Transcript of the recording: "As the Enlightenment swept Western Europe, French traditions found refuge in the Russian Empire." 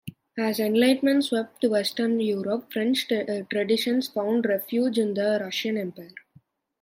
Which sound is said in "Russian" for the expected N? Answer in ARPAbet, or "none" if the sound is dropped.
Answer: N